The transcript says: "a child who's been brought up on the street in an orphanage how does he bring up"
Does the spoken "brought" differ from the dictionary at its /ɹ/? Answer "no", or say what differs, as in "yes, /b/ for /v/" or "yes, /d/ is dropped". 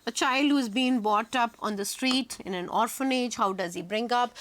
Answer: yes, /ɹ/ is dropped